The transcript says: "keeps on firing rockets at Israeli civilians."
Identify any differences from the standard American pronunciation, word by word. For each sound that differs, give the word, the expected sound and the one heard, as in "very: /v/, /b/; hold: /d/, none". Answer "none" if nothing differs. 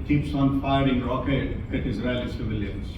rockets: /s/, none